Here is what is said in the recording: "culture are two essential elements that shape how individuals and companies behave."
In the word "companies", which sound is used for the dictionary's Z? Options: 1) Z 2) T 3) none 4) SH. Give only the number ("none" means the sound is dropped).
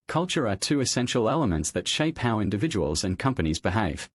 1